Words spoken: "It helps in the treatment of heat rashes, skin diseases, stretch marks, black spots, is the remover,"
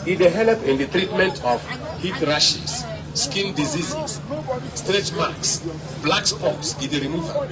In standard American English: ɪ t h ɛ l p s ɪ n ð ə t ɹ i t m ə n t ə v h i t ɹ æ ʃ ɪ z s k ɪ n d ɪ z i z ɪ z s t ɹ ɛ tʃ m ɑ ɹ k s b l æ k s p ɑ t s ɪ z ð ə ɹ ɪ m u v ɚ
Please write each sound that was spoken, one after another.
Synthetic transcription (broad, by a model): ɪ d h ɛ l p ɪ n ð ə t ɹ i t m ə n t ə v h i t ɹ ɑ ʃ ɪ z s k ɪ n d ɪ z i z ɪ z s t ɹ ɛ tʃ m ɑ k s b l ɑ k s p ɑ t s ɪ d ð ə ɹ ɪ m u v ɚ